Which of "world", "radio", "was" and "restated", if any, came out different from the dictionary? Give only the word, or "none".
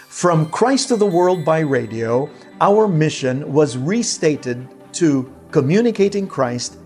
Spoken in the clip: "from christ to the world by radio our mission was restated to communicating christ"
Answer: none